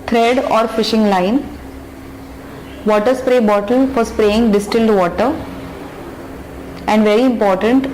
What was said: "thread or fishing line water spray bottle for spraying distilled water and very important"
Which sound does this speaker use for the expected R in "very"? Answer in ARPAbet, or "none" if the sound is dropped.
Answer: R